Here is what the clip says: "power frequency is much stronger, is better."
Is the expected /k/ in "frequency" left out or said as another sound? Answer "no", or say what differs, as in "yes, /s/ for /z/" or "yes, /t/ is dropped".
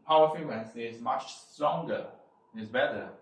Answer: yes, /k/ is dropped